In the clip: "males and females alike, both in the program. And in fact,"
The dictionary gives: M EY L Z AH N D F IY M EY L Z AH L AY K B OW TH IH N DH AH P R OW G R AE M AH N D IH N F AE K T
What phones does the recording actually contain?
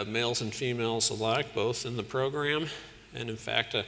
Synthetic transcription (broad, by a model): M EY L Z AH N F IY M EY L Z AH L AY K B OW TH IH N DH AH P R OW G R AE M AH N IH N F AE K T